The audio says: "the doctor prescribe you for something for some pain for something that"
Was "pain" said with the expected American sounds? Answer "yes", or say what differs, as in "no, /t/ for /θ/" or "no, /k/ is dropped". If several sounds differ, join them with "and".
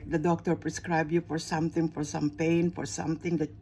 yes